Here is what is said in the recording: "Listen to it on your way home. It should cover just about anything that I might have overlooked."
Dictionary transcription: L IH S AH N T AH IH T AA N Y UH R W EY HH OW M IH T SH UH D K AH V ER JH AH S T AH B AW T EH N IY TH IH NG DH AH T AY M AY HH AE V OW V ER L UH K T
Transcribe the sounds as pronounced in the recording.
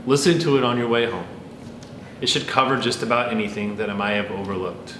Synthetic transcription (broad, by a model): L IH S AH N T AH IH T N Y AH R W EY HH OW M IH T SH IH D K AH V ER JH AH S T AH B AW T EH N IY TH IH NG DH AH T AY M AY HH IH V OW V ER L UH K T